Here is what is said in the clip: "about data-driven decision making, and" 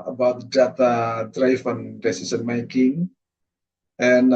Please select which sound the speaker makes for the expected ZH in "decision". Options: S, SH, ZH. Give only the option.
S